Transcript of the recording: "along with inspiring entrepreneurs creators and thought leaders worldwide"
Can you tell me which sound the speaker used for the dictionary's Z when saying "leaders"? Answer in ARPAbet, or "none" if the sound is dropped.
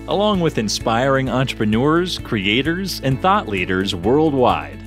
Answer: Z